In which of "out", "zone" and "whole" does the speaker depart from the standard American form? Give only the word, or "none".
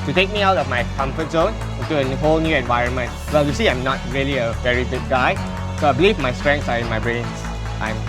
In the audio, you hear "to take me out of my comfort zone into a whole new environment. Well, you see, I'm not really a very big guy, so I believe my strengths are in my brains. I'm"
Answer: none